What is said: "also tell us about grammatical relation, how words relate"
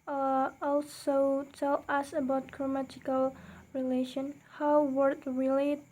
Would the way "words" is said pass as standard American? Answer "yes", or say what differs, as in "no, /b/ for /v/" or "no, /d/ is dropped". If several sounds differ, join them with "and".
no, /z/ is dropped